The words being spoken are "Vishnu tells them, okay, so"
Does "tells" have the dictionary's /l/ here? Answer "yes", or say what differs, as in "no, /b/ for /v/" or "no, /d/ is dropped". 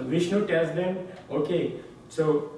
no, /l/ is dropped